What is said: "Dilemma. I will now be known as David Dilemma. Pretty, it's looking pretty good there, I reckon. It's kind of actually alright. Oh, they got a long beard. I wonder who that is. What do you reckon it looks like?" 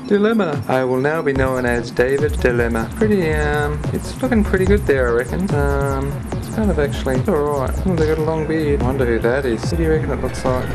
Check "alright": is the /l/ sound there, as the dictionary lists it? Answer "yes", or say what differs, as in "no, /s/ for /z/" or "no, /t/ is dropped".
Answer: no, /l/ is dropped